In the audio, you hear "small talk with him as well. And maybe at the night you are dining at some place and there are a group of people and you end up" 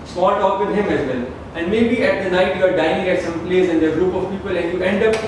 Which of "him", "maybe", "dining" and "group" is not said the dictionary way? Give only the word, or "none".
dining